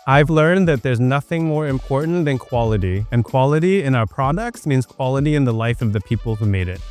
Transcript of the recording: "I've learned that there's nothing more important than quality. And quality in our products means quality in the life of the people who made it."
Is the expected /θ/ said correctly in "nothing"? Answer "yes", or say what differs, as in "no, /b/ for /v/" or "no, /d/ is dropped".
yes